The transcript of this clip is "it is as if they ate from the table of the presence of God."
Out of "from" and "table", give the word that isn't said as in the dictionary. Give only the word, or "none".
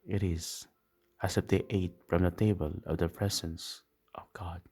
none